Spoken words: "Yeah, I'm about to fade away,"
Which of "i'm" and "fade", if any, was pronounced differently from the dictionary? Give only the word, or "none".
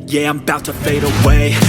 none